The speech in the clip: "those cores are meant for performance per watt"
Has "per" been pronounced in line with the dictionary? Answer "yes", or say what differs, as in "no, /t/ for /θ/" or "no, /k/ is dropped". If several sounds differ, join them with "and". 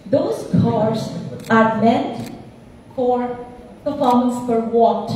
no, /f/ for /p/